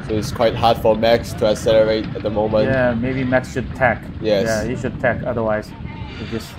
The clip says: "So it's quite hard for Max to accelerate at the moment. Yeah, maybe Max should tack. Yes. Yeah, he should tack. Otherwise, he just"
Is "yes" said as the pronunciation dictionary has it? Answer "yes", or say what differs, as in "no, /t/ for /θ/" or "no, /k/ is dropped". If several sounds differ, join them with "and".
no, /s/ is dropped